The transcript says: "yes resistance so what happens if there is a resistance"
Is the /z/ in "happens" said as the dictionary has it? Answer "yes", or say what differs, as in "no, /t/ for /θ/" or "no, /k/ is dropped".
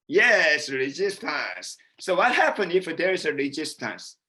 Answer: no, /z/ is dropped